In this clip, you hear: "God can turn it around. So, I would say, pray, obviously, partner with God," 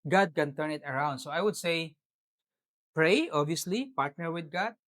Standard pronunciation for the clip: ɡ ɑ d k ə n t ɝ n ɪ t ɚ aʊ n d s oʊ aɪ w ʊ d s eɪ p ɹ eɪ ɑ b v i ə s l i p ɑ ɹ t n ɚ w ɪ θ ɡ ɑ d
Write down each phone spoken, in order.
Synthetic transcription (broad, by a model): ɡ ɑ d k ə n t ɝ n ɪ t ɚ aʊ n d s oʊ aɪ w ʊ d s eɪ p ɹ eɪ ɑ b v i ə s l i p ɑ ɹ t n ɚ w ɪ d ɡ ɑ d